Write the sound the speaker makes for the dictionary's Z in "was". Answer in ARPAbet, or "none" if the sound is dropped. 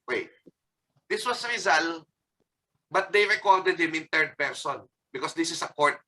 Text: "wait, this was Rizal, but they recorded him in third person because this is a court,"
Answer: S